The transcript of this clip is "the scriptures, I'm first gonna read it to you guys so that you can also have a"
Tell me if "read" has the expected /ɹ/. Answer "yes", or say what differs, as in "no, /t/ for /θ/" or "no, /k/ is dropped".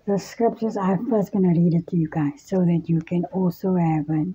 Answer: yes